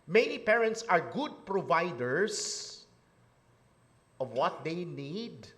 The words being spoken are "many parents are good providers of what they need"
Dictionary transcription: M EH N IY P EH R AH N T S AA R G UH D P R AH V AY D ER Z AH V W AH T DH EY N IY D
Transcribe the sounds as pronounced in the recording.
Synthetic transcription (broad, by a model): M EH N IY P EH R AH N T S AA R G UH D P R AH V AY D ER S AH V W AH T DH EY N IY D